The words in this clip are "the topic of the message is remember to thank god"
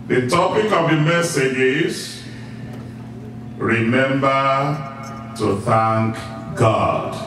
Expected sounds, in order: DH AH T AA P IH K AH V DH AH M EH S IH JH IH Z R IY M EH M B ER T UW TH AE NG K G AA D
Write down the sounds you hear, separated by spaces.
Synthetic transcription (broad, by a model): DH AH T AA P IH K AH V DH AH M EH S IH JH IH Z R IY M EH M B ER T UW TH AE NG K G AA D